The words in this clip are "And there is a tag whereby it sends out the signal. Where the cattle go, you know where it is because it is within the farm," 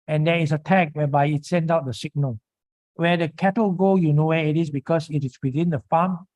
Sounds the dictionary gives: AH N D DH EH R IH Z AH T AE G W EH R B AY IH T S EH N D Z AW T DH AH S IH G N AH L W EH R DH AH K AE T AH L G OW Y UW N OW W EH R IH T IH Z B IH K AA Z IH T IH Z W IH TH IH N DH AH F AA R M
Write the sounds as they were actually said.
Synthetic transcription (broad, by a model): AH N D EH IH S AH T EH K W EH B AY IH T S EH N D AW T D AH S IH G N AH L W EH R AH K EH T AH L G OW Y UW N OW W EH IH T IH S B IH K AA S IH T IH S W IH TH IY N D AH F AA M